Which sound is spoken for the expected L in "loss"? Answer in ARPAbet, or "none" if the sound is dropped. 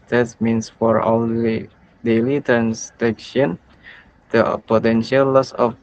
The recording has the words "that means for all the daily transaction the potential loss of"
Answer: L